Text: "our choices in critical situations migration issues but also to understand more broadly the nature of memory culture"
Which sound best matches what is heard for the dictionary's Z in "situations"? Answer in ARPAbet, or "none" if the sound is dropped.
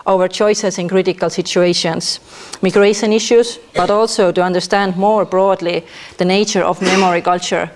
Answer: S